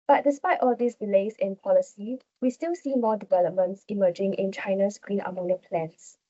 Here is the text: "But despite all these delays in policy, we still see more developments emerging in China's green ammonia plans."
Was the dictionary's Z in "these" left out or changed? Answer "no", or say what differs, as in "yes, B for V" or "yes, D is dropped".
yes, S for Z